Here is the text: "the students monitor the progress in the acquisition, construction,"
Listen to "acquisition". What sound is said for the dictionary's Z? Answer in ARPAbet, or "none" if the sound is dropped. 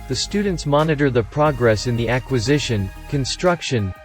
Z